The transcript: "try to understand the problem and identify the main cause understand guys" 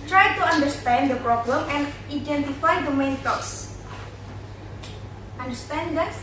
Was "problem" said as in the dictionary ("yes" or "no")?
yes